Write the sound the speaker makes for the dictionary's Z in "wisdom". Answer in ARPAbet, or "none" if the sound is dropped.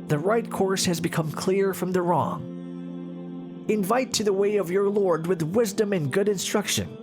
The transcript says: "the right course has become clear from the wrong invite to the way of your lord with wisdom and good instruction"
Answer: Z